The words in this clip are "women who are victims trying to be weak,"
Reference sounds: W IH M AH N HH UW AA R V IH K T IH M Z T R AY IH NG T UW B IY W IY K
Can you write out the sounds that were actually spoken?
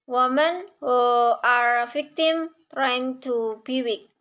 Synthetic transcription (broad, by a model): W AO M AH N HH UW AA R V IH K T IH M T R AY IH NG T UW B IY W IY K